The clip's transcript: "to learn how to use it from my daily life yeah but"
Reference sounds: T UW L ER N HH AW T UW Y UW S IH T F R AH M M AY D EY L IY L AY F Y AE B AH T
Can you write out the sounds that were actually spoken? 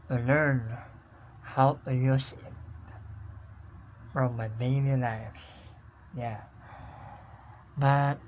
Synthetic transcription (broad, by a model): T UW L ER N HH AW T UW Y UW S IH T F R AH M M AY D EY N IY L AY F Y AE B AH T